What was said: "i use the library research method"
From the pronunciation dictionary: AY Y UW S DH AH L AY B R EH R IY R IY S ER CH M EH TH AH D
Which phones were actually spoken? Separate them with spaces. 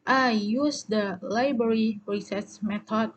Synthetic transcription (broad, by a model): AY Y UW S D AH L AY B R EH R IY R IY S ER S M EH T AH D